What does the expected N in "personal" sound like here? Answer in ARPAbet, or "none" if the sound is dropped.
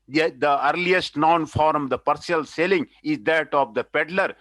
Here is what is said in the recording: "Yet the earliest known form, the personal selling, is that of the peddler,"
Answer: none